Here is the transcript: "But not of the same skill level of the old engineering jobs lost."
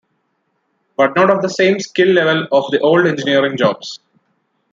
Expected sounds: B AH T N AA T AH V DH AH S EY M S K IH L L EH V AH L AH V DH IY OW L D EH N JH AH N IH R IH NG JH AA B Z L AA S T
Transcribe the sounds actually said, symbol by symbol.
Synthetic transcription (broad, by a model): B AH T N AA T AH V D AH S EY M S K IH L L EH V AH L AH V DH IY OW L D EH N JH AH N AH R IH NG JH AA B S